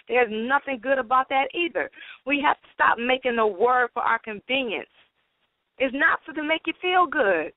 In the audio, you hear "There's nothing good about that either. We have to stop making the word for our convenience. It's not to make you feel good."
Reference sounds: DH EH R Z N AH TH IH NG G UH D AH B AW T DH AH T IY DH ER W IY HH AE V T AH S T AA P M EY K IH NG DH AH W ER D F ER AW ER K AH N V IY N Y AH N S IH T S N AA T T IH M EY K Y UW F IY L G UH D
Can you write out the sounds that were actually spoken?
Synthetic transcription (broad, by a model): DH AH R Z N AH TH IH NG G UH D AH B AW T DH AH T IY DH ER W IY HH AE F T AH S T AA P M EY K IH NG DH AH W ER D F ER AW ER K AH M V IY N Y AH N S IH T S N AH T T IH M EY K Y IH F IY L G UH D